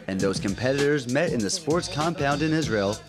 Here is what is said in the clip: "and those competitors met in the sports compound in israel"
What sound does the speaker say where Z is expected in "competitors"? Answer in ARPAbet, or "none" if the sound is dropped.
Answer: Z